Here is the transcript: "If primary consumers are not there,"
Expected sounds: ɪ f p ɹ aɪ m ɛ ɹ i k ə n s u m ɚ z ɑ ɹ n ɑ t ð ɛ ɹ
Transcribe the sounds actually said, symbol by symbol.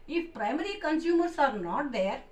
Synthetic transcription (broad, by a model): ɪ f p ɹ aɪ m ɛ ɹ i k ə n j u m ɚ s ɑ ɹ n ɑ t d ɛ ɹ